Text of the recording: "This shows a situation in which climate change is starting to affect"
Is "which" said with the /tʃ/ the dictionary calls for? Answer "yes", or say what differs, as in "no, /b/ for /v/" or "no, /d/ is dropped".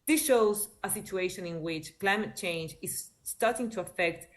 yes